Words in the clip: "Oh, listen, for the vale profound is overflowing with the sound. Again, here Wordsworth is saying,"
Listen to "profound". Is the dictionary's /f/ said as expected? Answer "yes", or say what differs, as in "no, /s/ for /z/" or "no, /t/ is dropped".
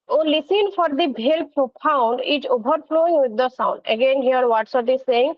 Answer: no, /p/ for /f/